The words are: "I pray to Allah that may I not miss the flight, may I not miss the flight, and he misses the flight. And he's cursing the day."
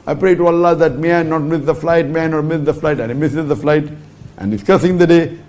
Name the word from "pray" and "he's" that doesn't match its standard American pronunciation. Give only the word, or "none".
he's